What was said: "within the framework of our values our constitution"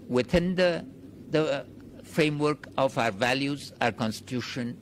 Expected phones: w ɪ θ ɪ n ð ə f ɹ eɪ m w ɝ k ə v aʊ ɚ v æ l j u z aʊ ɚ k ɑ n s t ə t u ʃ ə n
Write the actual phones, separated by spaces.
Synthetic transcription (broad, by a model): w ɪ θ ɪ n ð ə f ɹ eɪ m w ɝ k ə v aʊ ɚ v æ l j u z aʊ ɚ k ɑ n s t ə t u ʃ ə n